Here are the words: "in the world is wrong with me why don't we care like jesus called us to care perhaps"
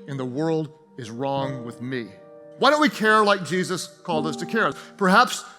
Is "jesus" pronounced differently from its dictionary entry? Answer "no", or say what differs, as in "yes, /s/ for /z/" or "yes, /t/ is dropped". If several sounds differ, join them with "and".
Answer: no